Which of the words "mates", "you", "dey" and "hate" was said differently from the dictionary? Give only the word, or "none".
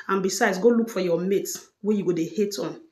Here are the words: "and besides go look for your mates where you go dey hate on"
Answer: mates